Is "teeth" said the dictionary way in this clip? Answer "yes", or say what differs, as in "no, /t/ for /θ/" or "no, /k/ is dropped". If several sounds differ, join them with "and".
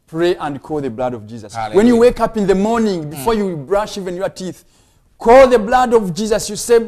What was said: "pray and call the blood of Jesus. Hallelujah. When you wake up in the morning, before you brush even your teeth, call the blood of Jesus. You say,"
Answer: yes